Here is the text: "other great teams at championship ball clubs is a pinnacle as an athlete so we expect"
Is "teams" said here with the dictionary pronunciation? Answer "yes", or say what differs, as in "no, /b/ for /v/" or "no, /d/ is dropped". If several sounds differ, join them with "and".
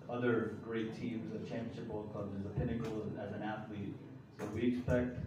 yes